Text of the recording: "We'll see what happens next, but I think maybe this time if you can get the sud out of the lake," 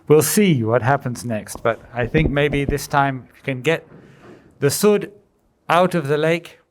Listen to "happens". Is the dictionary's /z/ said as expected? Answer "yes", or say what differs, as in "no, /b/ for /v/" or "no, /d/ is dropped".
yes